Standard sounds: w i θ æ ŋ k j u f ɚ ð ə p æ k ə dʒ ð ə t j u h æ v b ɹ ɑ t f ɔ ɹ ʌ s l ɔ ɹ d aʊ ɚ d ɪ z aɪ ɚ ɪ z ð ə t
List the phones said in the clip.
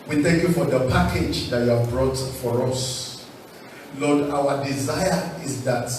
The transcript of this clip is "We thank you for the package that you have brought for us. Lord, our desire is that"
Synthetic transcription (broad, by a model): w i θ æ ŋ k j u f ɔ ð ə p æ k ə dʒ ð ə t j u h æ v b ɹ ɑ t f ɔ ɹ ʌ s l ɔ d aʊ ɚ d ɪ z aɪ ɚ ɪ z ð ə t